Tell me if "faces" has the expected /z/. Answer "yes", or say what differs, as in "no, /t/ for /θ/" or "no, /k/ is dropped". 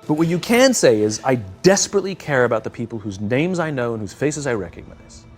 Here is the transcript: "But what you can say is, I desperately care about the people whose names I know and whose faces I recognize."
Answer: yes